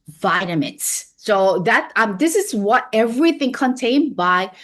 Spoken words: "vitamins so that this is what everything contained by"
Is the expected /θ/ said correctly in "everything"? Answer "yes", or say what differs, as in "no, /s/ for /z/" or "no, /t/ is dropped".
yes